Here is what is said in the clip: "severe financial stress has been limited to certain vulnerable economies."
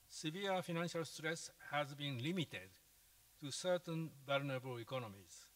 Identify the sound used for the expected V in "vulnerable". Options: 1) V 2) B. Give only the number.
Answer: 2